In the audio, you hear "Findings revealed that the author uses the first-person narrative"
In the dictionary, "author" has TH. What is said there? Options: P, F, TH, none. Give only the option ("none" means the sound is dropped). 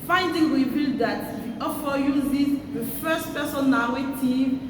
F